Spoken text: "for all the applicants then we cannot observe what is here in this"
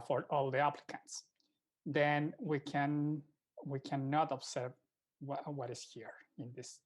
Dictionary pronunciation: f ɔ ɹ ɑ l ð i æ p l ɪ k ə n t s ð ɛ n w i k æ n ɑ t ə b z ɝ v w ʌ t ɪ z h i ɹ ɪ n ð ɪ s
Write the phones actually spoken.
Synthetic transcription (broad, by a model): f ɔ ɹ ɑ l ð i æ p l ɪ k ə n t s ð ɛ n w i k æ n ɑ t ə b s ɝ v w ʌ t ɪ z h i ɹ ɪ n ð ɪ s